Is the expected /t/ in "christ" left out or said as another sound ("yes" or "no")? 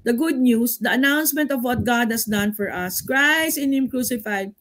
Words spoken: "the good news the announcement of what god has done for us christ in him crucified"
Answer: yes